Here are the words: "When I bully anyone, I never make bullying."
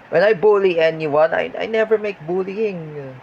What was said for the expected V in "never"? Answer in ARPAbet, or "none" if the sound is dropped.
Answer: V